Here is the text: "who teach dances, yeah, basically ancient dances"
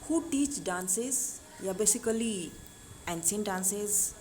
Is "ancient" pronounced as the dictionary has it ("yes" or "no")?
no